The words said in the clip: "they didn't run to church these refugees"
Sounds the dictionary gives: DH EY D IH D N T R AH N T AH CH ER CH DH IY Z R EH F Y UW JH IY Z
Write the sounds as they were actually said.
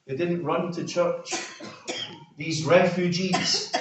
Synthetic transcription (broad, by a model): DH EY D IH D N T R AH N T AH CH ER CH DH IY Z R EH F Y UW JH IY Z